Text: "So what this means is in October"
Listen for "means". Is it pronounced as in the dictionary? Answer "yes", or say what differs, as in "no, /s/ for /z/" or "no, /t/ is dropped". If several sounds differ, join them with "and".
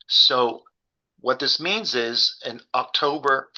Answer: yes